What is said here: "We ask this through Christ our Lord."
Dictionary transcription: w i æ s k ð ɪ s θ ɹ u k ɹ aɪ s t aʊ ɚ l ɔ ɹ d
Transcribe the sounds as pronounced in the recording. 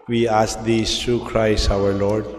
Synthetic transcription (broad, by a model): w i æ s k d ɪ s t ɹ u k ɹ aɪ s aʊ ɚ l ɔ ɹ d